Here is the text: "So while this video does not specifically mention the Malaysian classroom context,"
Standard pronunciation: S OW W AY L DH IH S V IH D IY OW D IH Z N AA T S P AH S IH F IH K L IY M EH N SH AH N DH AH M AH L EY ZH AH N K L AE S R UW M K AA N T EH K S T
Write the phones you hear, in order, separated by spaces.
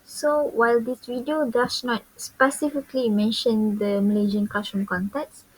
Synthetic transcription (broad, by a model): S OW W AY L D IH S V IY D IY OW D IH S N AA T S P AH S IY F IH K L IY M EH N SH AH N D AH M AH L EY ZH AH N K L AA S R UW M K AA N T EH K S